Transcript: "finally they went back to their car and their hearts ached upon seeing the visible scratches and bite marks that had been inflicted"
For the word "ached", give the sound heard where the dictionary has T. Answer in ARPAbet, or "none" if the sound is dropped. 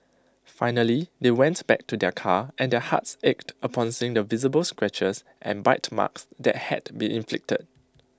T